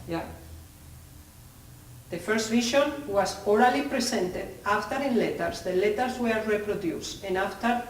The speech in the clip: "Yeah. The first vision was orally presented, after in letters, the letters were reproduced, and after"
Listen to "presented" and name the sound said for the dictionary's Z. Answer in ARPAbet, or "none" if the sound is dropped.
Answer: S